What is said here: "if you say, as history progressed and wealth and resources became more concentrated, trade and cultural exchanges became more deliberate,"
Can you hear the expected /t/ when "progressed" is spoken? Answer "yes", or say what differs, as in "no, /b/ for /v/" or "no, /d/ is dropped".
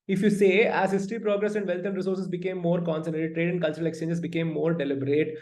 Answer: no, /t/ is dropped